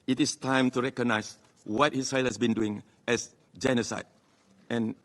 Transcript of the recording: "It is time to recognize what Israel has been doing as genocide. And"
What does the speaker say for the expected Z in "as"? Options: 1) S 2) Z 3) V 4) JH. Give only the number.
1